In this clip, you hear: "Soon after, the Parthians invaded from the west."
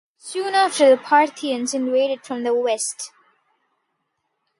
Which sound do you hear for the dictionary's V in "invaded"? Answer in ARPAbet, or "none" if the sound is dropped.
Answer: W